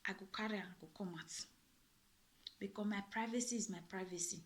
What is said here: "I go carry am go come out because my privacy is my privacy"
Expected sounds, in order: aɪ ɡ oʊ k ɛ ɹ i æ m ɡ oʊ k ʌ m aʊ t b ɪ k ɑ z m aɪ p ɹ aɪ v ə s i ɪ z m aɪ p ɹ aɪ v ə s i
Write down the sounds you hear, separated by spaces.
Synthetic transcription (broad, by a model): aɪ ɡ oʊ k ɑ ɹ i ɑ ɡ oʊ k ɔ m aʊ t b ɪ k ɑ m aɪ p ɹ aɪ v ə s i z m aɪ p ɹ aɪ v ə s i